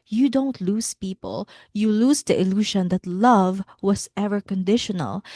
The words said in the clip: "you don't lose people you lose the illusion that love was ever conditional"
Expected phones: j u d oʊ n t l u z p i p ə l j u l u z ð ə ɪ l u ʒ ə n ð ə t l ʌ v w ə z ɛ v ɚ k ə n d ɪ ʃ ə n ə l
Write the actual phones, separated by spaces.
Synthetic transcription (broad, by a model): j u d oʊ n t l u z p i p ə l j u l u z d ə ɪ l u ʃ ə n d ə t l ʌ v w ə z ɛ v ɚ k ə n d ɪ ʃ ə n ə l